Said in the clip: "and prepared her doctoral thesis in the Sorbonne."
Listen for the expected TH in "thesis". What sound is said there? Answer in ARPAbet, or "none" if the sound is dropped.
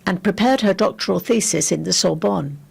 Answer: TH